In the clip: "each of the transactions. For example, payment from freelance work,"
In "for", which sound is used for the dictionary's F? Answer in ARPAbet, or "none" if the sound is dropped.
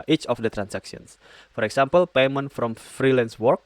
F